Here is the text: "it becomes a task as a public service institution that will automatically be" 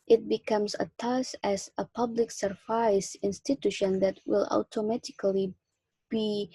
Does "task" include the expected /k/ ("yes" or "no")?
no